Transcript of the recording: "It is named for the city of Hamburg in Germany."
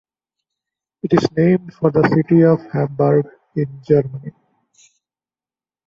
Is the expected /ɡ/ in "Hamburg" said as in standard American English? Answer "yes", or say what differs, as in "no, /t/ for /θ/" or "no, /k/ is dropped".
yes